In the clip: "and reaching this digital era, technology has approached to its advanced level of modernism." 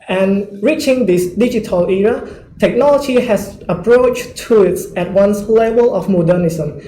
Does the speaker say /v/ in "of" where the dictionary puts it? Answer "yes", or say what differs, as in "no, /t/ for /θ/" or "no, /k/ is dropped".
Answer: no, /f/ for /v/